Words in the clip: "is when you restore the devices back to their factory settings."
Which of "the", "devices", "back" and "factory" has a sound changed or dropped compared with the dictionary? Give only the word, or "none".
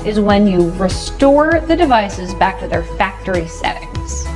none